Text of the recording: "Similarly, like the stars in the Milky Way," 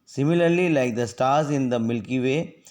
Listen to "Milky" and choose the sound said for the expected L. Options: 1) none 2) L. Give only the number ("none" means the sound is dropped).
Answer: 2